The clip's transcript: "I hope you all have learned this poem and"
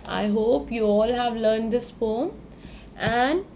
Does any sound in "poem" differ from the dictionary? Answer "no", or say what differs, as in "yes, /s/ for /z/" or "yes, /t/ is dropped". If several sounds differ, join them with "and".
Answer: yes, /f/ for /p/